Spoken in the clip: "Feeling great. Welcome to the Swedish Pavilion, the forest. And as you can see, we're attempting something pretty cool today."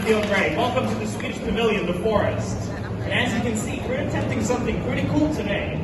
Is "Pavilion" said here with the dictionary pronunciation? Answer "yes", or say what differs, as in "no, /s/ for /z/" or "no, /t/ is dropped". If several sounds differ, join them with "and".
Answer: yes